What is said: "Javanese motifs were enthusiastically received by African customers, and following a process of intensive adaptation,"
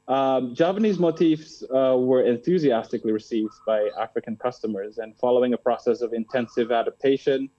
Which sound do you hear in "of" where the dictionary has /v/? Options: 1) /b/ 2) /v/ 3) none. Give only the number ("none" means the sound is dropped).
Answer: 2